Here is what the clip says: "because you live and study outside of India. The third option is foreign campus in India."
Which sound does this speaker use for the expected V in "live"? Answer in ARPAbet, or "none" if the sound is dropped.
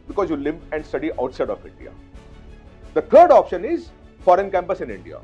P